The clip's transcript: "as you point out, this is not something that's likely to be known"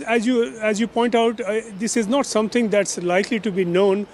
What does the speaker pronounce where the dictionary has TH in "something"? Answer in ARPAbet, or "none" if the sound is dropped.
T